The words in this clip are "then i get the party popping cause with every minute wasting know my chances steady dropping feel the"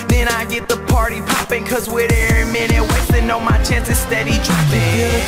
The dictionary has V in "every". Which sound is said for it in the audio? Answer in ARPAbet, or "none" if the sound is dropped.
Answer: none